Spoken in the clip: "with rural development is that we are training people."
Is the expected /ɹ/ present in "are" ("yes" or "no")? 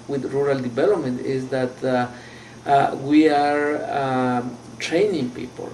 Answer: yes